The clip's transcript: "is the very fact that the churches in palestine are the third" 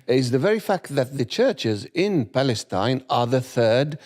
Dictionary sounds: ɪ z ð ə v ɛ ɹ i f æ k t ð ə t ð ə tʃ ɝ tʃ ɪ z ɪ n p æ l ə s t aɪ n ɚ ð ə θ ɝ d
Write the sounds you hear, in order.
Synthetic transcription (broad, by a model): ɪ z ð ə v ɛ ɹ i f æ k t ð ə t ð ə tʃ ɝ tʃ ɪ z ɪ n p æ l ə s t aɪ n ɚ ð ə θ ɝ d